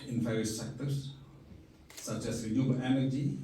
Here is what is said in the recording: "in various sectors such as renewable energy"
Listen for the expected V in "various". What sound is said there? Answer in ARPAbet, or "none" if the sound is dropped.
F